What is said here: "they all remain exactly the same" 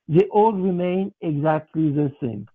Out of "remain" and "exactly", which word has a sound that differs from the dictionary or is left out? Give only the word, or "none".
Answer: none